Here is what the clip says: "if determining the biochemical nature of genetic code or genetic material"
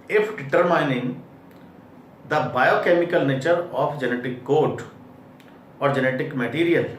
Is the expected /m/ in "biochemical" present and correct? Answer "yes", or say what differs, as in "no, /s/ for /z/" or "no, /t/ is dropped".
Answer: yes